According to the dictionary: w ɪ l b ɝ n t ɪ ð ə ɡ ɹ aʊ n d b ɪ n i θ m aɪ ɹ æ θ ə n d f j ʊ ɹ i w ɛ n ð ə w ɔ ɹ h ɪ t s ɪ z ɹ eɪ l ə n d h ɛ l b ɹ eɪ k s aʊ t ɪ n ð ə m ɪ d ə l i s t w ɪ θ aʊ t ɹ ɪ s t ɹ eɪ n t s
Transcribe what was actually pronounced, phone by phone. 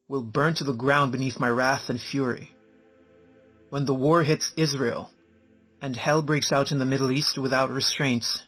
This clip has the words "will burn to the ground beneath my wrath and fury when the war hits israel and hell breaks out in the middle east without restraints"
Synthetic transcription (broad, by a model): w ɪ l b ɝ n t ɪ ð ə ɡ ɹ aʊ n b ɪ n i θ m aɪ ɹ æ θ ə n f j ʊ ɹ i w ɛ n ð ə w ɔ ɹ h ɪ t s ɪ z ɹ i l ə n h ɛ l b ɹ eɪ k s aʊ t ɪ n ð ə m ɪ d l i s t w ɪ θ aʊ t ɹ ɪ s t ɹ eɪ n t s